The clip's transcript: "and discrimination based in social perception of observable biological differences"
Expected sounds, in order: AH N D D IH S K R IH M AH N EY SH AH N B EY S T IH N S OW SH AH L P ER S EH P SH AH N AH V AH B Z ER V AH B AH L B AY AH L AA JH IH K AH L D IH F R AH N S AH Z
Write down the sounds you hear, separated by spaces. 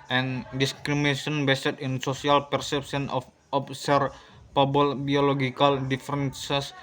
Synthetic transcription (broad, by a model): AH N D D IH S K R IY M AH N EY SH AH N B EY S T IH N S OW S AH L P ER S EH P S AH N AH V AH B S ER P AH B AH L B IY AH L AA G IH K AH L D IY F R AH N S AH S